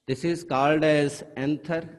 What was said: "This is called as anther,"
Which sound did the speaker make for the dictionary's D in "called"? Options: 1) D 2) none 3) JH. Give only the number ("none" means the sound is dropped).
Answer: 1